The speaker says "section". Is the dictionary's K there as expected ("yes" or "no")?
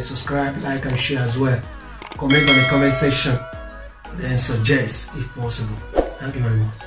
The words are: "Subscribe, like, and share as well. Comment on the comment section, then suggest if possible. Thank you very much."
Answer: no